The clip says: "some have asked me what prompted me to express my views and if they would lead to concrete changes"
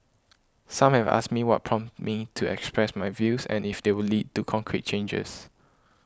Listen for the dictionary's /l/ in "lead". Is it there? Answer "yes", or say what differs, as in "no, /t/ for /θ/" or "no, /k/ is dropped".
yes